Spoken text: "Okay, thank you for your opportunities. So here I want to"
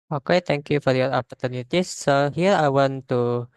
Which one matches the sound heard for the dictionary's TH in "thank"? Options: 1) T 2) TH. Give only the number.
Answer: 1